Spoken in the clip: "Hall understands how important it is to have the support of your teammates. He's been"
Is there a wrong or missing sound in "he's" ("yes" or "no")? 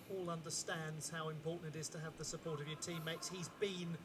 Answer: no